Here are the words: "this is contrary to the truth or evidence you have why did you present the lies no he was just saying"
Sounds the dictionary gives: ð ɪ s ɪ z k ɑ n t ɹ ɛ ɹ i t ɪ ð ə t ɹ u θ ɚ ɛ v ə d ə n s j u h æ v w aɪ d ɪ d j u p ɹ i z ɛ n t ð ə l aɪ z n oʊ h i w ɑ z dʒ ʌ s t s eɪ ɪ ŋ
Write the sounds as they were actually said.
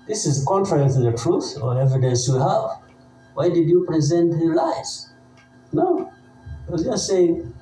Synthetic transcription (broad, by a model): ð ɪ s ɪ z k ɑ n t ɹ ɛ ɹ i t ɪ ð ə t ɹ u θ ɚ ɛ v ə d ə s j u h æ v w aɪ d ɪ d j u p ɹ i z ɛ n t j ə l aɪ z n oʊ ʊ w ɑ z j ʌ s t s eɪ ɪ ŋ